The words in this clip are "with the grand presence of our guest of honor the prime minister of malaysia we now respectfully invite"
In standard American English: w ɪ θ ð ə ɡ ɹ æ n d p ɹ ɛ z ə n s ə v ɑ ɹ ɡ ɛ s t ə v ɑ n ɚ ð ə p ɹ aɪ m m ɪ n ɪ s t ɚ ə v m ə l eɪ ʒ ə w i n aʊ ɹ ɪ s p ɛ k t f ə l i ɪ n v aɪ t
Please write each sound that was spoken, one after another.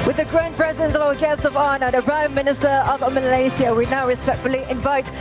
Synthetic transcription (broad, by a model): w ɪ ð ə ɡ ɹ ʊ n p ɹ ɛ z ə n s ə v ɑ ɡ ɛ s t ə v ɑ n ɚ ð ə p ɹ aɪ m m ɪ n ɪ s t ɚ ə v m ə l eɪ s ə w i n aʊ ɹ ɪ s p ɛ k t f ə l i ɪ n v aɪ t